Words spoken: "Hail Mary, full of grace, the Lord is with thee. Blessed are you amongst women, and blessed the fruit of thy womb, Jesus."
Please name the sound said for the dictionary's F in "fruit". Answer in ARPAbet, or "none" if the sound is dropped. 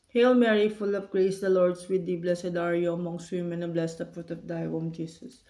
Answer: P